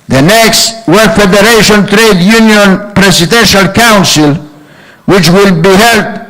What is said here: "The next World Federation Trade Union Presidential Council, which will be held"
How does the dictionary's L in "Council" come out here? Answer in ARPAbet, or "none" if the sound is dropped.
L